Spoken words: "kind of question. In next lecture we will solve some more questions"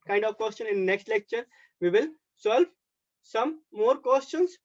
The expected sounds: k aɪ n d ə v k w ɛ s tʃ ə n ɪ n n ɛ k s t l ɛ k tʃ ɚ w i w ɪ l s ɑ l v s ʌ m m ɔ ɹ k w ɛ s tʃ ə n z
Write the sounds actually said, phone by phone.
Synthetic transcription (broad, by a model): k aɪ n d ə v k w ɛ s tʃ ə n ɪ n n ɛ k s t l ɛ k tʃ ɚ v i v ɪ l s ɑ l v s ʌ m m ɔ ɹ k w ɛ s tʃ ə n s